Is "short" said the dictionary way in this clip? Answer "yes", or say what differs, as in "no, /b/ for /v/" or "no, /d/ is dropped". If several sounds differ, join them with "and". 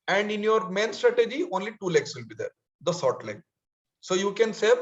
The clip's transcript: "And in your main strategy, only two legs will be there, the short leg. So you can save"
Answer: no, /s/ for /ʃ/